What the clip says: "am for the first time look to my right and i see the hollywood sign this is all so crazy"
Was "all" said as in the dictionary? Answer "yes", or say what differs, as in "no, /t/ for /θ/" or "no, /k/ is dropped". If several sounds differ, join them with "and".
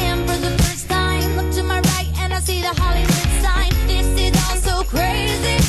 no, /n/ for /l/